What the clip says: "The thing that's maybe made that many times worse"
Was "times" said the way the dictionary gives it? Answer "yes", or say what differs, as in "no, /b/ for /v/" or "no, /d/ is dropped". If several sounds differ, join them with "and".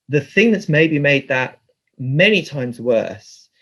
yes